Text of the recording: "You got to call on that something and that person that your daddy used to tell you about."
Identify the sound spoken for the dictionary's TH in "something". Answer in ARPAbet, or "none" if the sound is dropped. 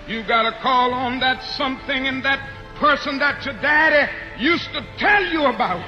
TH